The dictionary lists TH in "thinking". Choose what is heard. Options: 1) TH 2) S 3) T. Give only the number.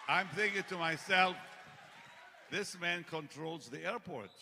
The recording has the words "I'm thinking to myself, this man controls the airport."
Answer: 1